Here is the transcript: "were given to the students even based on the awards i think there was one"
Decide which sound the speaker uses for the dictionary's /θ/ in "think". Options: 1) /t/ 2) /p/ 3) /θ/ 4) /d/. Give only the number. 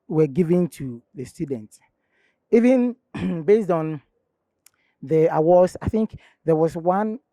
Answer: 3